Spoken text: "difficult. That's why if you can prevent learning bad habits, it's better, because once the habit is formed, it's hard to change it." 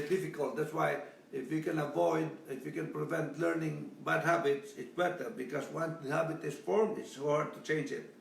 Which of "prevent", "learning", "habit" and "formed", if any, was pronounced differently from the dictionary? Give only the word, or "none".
formed